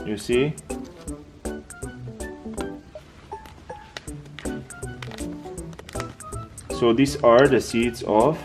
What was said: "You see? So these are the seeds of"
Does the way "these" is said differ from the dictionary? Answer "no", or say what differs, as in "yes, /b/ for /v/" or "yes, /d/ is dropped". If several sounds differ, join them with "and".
yes, /s/ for /z/